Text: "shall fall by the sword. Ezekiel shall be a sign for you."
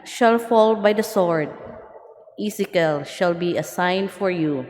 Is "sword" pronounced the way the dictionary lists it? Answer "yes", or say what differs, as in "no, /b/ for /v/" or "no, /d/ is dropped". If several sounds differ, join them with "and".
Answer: yes